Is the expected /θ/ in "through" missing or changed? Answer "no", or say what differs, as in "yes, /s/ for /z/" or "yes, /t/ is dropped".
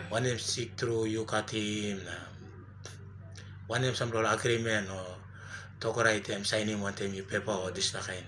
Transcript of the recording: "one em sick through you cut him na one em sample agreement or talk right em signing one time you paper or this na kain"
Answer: yes, /t/ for /θ/